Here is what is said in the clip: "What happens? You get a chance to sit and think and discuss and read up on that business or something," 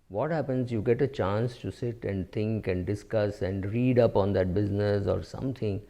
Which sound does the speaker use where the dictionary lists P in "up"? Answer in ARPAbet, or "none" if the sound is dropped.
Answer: P